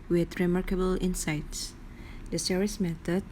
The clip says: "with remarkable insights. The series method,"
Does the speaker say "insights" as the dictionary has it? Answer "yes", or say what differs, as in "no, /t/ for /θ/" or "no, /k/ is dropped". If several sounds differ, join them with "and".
yes